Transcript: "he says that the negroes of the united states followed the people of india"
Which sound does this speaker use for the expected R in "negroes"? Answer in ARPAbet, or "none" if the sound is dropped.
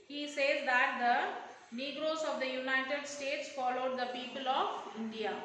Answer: R